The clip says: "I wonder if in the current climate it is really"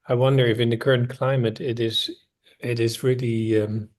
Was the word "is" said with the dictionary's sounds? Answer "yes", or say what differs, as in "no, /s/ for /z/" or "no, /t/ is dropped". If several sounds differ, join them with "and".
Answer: yes